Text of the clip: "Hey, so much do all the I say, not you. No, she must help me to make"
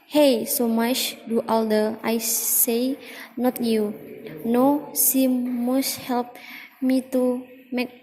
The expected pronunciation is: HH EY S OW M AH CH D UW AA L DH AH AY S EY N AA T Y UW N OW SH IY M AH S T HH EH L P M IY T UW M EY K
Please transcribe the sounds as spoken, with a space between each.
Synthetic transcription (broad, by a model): HH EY S OW M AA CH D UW AA L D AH AY S EY N AA T Y UW N OW S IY M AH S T HH EH L P M IY T UW M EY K